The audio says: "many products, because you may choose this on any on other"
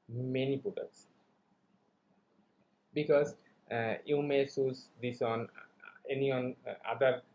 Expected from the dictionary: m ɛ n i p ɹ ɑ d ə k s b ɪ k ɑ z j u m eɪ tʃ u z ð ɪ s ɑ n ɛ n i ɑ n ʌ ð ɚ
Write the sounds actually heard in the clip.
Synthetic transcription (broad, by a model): m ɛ n i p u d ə s b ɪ k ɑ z j u m eɪ s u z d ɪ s ɑ n ɛ n i ɑ n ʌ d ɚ